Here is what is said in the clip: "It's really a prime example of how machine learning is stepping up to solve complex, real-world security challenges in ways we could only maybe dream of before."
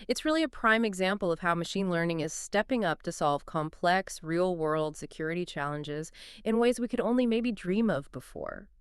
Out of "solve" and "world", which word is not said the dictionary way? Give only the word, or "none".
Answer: none